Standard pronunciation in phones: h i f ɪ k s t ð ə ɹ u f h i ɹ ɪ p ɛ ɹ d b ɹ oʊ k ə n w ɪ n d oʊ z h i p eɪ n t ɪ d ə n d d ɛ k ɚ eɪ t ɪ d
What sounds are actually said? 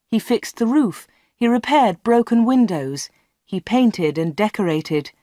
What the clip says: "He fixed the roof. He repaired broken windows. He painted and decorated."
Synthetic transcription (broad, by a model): h i f ɪ k s ð ə ɹ u f h i ɹ ɪ p ɛ ɹ d b ɹ oʊ k ə n w ɪ n d oʊ z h i p eɪ n t ɪ d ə n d d ɛ k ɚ eɪ t ɪ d